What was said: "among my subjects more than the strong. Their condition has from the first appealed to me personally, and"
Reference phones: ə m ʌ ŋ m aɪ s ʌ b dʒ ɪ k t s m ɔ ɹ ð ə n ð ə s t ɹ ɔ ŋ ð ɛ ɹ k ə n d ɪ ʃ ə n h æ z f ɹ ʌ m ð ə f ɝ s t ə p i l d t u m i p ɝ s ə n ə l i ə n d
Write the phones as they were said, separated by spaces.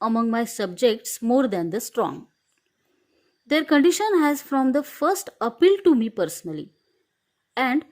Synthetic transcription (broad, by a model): ə m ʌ ŋ m aɪ s ʌ b dʒ ɪ k t s m ɔ ɹ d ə n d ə s t ɹ ɔ ŋ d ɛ ɹ k ə n d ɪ ʃ ə n h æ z f ɹ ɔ m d ə f ɝ s t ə p i l t u m i p ɝ s ə n ə l i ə n d